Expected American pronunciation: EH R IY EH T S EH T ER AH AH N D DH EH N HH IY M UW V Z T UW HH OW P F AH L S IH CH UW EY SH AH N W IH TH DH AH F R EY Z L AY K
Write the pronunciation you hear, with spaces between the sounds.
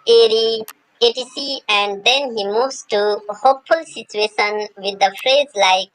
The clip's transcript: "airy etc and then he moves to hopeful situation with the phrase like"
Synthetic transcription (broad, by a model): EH R IY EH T IY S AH AH N D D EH N HH IY M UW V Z T UW HH OW P F AH L S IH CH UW EY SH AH N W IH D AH F R EY Z L AY K